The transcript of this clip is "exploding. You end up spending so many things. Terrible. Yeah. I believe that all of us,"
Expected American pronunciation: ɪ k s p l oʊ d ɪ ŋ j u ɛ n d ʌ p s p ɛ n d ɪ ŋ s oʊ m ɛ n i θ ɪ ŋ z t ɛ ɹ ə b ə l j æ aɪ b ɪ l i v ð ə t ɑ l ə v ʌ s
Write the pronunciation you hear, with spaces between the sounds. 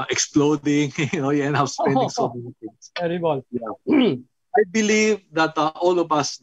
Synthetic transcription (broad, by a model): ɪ k s p l oʊ d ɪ ŋ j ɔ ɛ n ʌ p s p ɛ n d ɪ ŋ s oʊ m ɛ n i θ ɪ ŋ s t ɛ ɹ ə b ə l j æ aɪ b ɪ l i v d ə t ɑ l ə v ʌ s